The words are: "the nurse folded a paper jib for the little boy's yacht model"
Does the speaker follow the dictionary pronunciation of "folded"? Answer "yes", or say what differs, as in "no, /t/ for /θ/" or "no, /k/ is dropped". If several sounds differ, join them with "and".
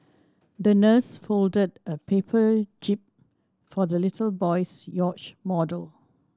yes